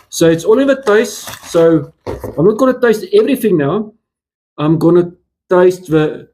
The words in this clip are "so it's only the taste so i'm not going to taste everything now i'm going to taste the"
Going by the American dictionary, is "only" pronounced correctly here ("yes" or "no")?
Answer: no